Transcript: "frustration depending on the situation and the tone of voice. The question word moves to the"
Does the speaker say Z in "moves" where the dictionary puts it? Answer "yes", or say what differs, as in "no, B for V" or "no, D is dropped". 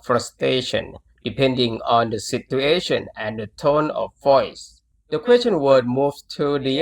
no, Z is dropped